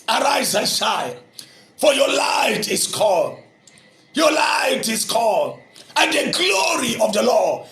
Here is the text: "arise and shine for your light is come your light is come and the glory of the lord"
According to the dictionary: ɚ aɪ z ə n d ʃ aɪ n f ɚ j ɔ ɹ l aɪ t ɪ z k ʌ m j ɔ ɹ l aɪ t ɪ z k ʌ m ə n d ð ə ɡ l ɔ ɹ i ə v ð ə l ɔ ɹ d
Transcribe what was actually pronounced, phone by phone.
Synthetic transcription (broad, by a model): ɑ aɪ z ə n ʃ aɪ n f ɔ j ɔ l aɪ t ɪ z k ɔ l j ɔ l aɪ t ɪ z k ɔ ə n d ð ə ɡ l ɔ ɹ i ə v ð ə l ɔ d